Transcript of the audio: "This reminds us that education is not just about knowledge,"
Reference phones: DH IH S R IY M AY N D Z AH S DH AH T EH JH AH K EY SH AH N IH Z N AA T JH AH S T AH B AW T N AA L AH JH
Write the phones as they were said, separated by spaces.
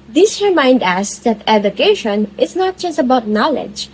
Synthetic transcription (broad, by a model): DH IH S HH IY M AY N D AE S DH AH T EH JH AH K EY SH AH N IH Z N AA T JH AH S T AH B AW T N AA L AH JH